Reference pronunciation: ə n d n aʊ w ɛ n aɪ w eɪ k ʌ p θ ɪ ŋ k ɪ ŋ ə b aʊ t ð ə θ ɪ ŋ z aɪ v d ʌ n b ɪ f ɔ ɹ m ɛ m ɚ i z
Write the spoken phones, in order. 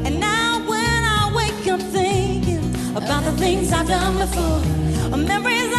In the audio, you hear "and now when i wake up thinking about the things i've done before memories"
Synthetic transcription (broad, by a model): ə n n aʊ w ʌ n aɪ w eɪ k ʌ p θ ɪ k ɪ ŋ ə b aʊ t ð ə θ ɪ ŋ z aɪ v d ʌ n b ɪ f ɔ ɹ m ɛ m ɚ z